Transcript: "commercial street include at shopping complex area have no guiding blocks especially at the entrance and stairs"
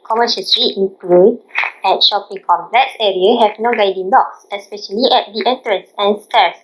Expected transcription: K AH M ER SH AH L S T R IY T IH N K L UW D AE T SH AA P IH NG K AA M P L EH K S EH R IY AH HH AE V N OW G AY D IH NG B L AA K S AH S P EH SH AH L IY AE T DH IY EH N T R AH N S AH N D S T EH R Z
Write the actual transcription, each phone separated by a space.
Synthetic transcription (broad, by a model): K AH M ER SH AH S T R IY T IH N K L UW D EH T SH AA P IH NG K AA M L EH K S EH R IY AH HH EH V N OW G AY D IH NG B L AA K S AH S P EH SH AH L IY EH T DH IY EH N T R AH N S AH N S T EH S